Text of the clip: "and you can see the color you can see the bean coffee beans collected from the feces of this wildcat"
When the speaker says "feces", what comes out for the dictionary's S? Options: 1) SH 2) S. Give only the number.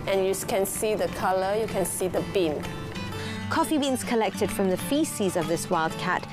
2